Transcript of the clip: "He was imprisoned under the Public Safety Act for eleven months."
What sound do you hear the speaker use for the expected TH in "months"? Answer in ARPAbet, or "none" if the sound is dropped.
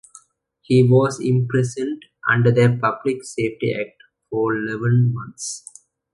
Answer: T